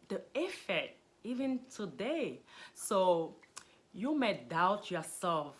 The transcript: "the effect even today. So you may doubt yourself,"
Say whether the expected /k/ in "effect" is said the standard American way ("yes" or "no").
no